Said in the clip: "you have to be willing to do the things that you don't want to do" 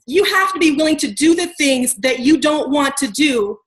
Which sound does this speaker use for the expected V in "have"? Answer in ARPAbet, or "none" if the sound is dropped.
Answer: F